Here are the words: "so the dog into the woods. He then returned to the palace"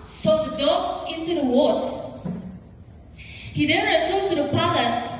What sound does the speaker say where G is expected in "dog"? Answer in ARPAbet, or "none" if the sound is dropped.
none